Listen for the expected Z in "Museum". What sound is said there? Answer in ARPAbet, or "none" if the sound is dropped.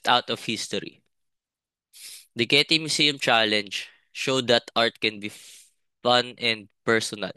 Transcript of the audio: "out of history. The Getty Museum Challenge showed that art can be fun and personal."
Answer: S